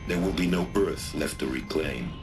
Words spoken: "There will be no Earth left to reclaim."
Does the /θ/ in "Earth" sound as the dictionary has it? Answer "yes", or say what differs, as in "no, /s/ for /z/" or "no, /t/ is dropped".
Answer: yes